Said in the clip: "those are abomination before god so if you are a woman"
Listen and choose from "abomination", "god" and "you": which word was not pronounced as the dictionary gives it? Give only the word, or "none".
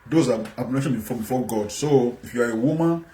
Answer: abomination